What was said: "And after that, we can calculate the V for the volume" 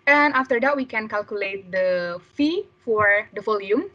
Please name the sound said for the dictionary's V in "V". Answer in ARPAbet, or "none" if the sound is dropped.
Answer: F